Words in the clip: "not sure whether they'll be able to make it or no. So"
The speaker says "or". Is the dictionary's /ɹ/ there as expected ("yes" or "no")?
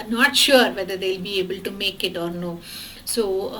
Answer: yes